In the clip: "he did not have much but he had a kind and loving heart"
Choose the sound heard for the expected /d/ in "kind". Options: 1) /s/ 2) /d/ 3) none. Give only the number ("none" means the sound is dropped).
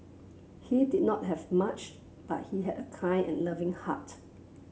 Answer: 3